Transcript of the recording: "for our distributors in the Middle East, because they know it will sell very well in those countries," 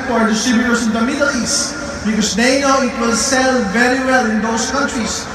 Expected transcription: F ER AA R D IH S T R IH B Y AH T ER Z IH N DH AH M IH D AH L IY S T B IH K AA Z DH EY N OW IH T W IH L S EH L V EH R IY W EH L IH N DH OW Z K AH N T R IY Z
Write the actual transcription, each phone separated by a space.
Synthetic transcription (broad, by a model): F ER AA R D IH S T R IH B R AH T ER S IH N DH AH M IH D AH L IY S T B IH K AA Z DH EY N OW IH T W IH L S EH L V EH R IY W EH L IH N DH OW S K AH N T R IY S